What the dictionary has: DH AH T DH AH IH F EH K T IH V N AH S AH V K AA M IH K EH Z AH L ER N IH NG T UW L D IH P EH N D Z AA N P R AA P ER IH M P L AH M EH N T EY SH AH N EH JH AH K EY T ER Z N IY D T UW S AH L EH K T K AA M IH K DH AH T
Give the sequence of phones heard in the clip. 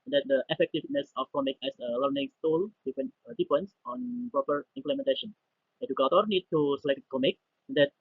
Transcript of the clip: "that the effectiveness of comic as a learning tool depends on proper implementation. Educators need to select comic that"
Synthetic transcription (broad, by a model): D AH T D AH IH F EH K T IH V N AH S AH F K AA M IH K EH S AH L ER N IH NG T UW L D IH F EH N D S AA N P R AA P ER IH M P L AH M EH N T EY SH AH N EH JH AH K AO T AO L N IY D T UW S AH L EH K T K AA M IH K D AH T